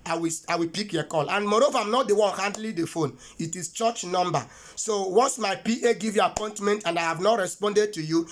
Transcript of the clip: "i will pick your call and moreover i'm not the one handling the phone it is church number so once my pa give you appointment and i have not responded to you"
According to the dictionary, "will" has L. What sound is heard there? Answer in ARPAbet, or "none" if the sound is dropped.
W